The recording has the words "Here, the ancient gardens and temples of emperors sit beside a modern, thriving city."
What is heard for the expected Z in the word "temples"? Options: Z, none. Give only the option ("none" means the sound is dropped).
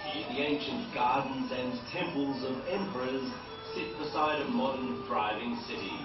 Z